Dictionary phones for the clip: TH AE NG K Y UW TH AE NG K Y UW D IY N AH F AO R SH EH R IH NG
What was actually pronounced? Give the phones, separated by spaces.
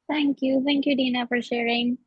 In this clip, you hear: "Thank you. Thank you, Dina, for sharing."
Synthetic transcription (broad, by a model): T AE NG K Y UW T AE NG K Y UW D IY N AH F AO R SH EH R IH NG